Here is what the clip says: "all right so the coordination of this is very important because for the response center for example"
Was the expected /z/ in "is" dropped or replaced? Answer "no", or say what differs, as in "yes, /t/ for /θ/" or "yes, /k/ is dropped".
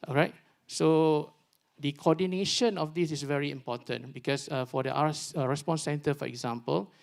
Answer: yes, /s/ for /z/